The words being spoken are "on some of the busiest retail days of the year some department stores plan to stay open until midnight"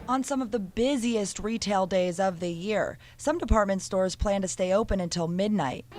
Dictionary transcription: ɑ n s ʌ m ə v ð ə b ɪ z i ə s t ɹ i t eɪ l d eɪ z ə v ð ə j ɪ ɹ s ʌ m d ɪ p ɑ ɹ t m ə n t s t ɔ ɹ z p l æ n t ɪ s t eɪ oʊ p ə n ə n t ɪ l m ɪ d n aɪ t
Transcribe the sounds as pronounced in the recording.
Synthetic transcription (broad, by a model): n s ʌ m ə v ð ə b ɪ z i ə s t ɹ i t eɪ l d eɪ z ə v ð ə j ɪ ɹ s ʌ m d ɪ p ɑ ɹ t m ə n t s t ɔ ɹ z p l æ n t ɪ s t eɪ oʊ p ə n ə n t ɪ l m ɪ d n aɪ t